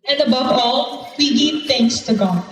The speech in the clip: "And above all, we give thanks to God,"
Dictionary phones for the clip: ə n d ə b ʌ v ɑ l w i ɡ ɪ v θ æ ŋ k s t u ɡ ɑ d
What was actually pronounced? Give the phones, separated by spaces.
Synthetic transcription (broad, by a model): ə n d ə b ʌ v ɑ l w i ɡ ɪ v t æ ŋ k s t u ɡ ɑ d